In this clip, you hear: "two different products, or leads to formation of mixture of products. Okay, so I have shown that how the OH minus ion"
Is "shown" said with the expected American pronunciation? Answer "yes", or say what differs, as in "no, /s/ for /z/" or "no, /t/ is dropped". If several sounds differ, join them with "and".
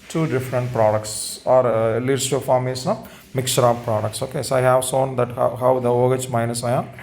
no, /s/ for /ʃ/